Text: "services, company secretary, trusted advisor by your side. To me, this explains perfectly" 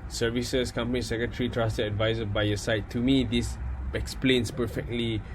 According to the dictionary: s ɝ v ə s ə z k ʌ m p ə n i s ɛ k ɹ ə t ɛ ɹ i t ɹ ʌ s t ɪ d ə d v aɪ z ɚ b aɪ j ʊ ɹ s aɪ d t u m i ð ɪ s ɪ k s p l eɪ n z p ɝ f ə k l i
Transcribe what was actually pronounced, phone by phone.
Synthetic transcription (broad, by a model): s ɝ v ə s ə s k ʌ m p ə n i s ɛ k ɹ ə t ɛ ɹ i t ɹ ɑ s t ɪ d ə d v aɪ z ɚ b aɪ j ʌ s aɪ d t u m i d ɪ s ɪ k s p l eɪ n s p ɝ f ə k l i